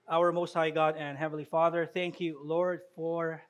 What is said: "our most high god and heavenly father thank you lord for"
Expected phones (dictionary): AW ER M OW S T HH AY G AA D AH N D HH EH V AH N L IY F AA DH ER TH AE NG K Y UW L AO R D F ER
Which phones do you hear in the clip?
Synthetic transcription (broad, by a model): AW ER M OW S T HH AY G AA D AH N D HH EH V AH N L IY F AA DH ER TH AE NG K Y UW L AO R D F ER